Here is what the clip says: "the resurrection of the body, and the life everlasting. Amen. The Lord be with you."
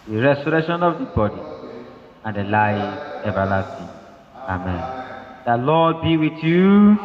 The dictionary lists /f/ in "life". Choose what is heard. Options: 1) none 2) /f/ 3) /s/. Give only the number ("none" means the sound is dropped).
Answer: 1